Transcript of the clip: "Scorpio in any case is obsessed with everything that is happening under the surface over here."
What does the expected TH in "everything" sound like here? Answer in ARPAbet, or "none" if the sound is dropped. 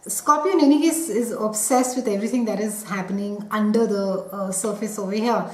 T